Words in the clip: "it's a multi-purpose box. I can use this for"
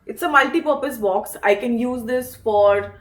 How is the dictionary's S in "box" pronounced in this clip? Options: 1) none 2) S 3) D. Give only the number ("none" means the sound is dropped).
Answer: 2